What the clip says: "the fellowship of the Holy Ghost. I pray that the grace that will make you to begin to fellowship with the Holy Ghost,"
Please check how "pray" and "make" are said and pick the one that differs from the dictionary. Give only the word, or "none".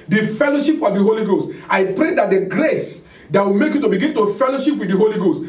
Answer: none